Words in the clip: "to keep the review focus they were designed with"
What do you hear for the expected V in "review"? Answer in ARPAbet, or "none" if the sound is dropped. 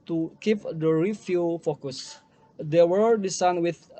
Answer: F